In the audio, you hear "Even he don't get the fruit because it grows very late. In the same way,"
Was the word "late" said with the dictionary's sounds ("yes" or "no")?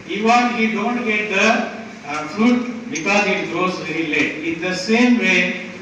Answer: no